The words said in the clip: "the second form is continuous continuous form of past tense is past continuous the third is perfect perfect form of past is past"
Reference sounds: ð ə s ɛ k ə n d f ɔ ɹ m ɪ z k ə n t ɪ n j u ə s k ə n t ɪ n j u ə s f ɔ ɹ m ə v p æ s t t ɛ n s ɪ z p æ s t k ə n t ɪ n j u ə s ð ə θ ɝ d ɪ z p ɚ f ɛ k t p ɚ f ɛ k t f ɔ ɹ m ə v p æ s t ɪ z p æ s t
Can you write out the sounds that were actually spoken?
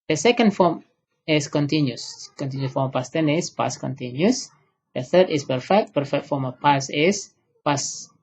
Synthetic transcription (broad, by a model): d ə s ɛ k ə n d f ɔ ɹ m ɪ s k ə n t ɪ n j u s k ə n t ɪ n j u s f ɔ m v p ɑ s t t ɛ n ɪ s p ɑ s k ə n t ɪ n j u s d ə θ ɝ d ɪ s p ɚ f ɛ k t p ɚ f ɛ k t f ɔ m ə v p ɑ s ɪ s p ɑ s